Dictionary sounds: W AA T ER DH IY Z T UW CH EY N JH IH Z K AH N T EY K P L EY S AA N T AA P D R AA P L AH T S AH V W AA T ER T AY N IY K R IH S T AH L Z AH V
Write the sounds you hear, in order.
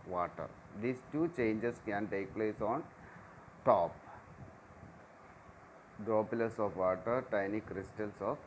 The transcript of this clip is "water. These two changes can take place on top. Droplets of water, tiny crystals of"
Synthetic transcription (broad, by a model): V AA T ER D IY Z T UW CH EY N JH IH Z K AH N T EY K P L EY S AA N T AA P D AA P L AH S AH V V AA T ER T AY N IY K R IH S T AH L S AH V